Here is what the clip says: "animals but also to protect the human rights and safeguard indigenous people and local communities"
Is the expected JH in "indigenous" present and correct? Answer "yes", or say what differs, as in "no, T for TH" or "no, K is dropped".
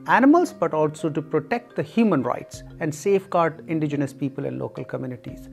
yes